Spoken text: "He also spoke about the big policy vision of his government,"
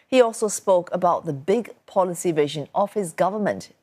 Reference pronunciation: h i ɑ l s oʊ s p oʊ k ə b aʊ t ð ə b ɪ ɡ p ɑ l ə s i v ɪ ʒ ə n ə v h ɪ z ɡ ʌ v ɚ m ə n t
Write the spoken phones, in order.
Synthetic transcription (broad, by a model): h i ɑ l s oʊ s p oʊ k ə b aʊ t ð ə b ɪ ɡ p ɑ l ə s i v ɪ ʒ ə n ə v h ɪ z ɡ ʌ v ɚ m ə n t